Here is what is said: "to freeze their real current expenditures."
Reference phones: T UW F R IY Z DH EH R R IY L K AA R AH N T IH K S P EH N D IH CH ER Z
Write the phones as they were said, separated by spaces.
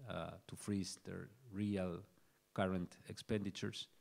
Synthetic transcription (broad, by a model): T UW F R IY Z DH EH R R IY L K AA R AH N T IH K S P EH N D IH CH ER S